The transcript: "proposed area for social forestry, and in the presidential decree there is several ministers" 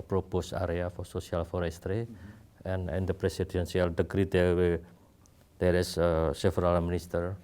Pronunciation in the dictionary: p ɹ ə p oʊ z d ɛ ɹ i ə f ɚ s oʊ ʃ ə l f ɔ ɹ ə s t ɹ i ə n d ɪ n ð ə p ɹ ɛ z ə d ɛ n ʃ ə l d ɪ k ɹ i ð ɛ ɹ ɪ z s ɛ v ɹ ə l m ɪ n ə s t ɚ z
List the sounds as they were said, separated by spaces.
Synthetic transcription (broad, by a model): p ɹ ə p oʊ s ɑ ɹ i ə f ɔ s oʊ s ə l f ɔ ɹ ə s t ɹ i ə n ɪ n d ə p ɹ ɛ s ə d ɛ n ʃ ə l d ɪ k ɹ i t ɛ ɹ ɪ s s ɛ f ɹ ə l m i n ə s t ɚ